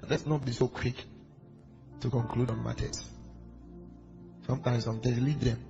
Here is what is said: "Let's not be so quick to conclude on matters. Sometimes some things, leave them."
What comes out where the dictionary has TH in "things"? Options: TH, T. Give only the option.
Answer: T